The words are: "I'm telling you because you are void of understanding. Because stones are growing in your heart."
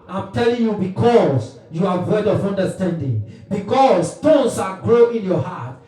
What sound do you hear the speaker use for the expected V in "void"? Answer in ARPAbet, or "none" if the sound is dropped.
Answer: W